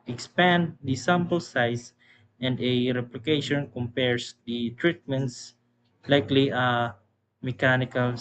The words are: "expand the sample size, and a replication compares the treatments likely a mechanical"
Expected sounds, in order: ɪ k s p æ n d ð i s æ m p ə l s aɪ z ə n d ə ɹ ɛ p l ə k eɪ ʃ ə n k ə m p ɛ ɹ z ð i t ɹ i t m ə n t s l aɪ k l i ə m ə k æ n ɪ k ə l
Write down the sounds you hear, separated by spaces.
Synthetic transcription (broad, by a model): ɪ k s p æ n d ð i s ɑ m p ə l s aɪ s ə n d ə ɹ ɛ p l ə k eɪ ʃ ə n k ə m p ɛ ɹ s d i t ɹ i t m ə n t s l aɪ k l i ə m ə k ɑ n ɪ k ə l